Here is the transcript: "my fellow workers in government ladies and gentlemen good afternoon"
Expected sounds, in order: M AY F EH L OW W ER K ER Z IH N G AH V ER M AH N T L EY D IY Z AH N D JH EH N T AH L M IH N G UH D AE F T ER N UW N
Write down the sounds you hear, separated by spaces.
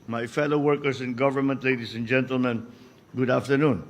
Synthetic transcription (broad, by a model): M AY F EH L OW W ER K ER S IH N G AH V ER M AH N T L EY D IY S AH N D JH EH N T AH L M IH N G UH D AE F T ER N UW N